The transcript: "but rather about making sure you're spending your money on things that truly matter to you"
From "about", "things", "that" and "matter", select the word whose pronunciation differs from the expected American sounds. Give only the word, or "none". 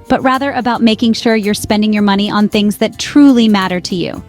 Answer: none